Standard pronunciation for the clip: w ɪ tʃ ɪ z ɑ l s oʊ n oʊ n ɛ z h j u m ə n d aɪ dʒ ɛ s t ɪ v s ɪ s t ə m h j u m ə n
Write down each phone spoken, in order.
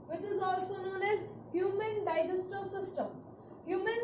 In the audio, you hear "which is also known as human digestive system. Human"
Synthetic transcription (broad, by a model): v ɪ tʃ ɪ z ɑ l s oʊ n oʊ n ɛ z h j u m ə n d aɪ dʒ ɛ s t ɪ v s ɪ s t ə m h j u m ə n